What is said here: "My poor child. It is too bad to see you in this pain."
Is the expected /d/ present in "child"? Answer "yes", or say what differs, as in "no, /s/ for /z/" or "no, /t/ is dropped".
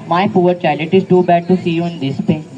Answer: no, /d/ is dropped